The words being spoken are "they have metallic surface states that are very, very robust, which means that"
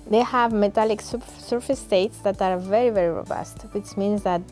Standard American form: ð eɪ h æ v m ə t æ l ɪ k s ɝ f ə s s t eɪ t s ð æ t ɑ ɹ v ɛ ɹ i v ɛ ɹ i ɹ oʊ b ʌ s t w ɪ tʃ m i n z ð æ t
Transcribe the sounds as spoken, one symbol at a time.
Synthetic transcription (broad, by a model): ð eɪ h æ v m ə t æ l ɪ k s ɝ f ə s s t eɪ t s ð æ t ɑ ɹ v ɛ ɹ i v ɛ ɹ i ɹ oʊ b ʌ s t w ɪ tʃ m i n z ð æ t